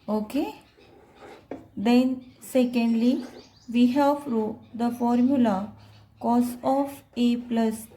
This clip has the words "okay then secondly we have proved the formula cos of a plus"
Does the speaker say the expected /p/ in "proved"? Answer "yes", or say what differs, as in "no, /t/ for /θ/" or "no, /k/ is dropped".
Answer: no, /f/ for /p/